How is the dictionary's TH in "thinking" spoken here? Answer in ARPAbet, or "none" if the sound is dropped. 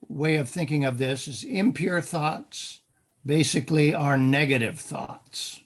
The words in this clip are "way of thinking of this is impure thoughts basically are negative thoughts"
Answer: TH